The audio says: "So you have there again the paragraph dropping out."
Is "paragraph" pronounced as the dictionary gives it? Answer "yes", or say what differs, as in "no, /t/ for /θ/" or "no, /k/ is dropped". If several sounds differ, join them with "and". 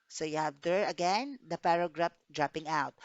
no, /p/ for /f/